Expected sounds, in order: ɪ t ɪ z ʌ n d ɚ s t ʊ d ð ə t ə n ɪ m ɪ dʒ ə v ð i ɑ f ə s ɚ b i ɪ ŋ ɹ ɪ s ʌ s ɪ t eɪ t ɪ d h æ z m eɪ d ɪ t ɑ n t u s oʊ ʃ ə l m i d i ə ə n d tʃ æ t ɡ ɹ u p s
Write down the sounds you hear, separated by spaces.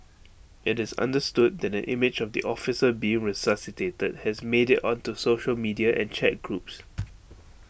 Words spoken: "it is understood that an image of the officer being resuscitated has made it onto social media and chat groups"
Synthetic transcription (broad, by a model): ɪ t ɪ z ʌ n d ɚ s t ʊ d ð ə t ə n ɪ m ɪ dʒ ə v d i ɑ f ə s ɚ b i ɪ ŋ ɹ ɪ s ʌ s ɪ t eɪ t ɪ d h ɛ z m eɪ d ɪ t ɑ n t u s oʊ ʃ ə l m i d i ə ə n tʃ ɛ t ɡ ɹ u p s